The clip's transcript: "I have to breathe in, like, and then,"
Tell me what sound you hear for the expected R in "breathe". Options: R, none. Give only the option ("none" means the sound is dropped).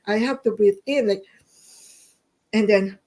none